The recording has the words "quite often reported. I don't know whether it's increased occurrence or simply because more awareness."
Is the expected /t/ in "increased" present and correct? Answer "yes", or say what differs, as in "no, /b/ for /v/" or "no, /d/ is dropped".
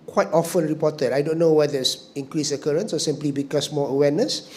no, /t/ is dropped